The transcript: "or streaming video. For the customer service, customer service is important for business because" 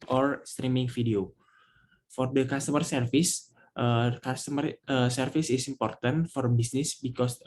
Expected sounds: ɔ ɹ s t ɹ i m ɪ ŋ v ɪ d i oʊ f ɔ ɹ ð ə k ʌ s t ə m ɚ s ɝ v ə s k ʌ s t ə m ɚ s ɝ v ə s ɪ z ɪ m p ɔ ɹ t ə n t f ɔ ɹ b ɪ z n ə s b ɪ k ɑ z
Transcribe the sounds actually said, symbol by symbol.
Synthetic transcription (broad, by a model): ɔ ɹ s t ɹ i m ɪ ŋ f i d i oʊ f ɔ ɹ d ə k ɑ s t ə m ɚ s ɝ f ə s k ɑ s t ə m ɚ s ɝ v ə s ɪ s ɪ m p ɔ ɹ t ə n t f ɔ ɹ b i s n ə s b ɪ k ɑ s